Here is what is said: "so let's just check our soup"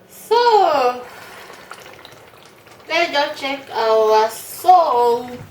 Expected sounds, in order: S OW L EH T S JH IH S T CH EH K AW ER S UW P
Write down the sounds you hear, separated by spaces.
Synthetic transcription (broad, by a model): S OW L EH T JH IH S CH EH K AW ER S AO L